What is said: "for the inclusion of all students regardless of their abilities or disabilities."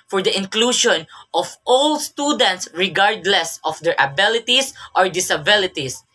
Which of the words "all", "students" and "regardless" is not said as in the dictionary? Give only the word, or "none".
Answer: none